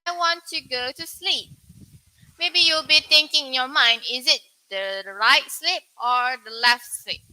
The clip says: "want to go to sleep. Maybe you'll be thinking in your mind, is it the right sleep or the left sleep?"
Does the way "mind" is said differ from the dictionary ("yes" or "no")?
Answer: no